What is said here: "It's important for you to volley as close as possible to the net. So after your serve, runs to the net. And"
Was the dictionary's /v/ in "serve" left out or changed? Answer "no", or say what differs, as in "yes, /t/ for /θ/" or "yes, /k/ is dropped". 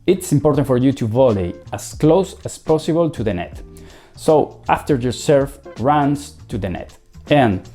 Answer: yes, /f/ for /v/